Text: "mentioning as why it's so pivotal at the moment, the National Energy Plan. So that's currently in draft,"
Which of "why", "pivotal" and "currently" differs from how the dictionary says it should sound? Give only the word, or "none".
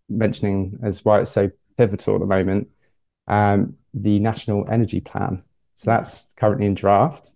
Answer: none